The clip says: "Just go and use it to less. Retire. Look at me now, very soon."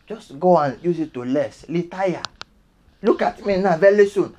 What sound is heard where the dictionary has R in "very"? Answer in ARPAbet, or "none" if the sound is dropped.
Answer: L